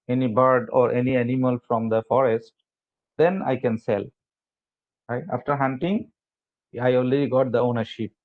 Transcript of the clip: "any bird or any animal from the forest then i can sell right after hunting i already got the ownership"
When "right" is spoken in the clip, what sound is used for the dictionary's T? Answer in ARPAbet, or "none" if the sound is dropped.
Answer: none